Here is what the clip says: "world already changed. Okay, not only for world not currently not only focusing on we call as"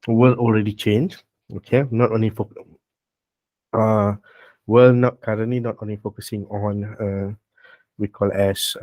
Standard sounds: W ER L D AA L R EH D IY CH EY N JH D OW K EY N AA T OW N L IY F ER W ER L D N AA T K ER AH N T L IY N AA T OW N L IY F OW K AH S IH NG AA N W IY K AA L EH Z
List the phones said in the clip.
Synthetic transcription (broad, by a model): W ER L AA L R EH D IY CH EY N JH OW K EY N AA T OW N L IY F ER W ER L N AA T K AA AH N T L IY N AA T OW N L IY F OW K AH S IH NG AA N W IY K AA L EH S